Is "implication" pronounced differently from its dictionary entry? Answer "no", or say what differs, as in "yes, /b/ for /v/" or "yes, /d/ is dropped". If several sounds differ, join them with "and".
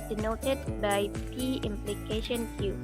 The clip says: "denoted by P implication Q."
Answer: no